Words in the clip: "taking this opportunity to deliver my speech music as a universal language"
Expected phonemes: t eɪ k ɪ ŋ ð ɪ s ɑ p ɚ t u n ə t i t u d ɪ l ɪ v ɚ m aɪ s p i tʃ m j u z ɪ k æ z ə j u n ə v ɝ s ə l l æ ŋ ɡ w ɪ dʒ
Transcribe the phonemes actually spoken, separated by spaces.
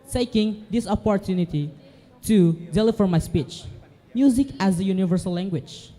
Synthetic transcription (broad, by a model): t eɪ k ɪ ŋ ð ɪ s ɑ p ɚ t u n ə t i t u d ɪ l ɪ f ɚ m aɪ s p i tʃ m j u z ɪ k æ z ə j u n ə v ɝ s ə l l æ ŋ ɡ w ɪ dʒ